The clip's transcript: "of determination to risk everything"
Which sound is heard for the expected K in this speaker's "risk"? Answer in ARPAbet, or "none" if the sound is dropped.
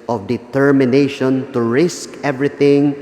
K